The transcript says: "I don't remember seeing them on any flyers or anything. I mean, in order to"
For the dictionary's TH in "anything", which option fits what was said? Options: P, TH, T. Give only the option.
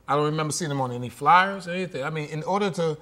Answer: TH